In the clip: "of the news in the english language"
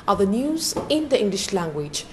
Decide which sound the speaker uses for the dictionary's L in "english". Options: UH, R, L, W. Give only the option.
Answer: L